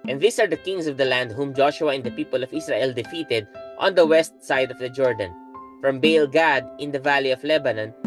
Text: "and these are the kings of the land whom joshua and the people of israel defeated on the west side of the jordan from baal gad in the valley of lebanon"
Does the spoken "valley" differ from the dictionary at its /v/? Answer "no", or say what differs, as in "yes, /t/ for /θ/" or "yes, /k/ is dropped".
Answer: no